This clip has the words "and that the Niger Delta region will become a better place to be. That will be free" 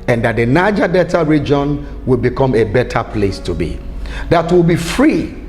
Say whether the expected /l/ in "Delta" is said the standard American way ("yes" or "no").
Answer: no